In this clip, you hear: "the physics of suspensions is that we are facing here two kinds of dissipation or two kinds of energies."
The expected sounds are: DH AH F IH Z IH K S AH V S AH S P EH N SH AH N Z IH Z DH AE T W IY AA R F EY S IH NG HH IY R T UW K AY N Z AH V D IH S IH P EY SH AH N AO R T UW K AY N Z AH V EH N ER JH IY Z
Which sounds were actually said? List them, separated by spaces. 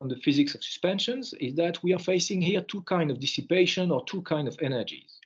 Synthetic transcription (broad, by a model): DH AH F IH Z IH K S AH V S AH S P EH N SH AH N Z IH Z DH AE T W IY AA R F EY S IH NG HH IY R T UW K AY N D AH V D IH S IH P EY SH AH N AO R T UW K AY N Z AH V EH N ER JH IY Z